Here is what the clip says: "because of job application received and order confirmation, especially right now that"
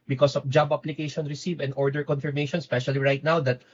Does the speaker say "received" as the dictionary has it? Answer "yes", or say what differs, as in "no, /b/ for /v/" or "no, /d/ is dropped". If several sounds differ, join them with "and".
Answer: no, /d/ is dropped